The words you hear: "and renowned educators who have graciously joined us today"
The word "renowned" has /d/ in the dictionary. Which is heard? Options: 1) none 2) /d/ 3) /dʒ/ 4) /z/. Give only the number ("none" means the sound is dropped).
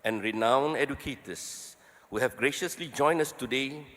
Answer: 1